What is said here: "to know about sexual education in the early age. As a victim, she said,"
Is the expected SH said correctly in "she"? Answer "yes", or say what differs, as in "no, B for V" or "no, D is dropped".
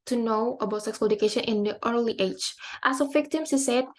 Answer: no, S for SH